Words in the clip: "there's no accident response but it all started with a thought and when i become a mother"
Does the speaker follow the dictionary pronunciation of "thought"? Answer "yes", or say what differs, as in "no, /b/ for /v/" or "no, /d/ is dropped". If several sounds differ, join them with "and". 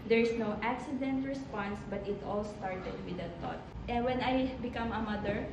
no, /t/ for /θ/